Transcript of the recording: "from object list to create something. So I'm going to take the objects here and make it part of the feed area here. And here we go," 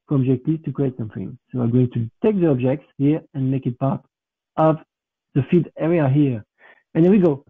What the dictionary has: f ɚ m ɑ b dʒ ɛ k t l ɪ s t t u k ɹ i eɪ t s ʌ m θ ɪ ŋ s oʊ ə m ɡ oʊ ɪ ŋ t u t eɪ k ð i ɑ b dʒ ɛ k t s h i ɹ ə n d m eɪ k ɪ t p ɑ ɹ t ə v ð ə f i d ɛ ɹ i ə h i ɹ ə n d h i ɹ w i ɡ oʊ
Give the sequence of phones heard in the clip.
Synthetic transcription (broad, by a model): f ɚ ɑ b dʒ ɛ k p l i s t t u k ɹ i eɪ t s ʌ m θ ɪ ŋ s oʊ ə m ɡ oʊ ɪ ŋ t u t eɪ k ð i ɑ b dʒ ɛ k t s h i ɹ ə n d m eɪ k ɪ t p ɑ ɹ t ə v ð ə f i d ɛ ɹ i ə h i ɹ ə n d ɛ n w i ɡ oʊ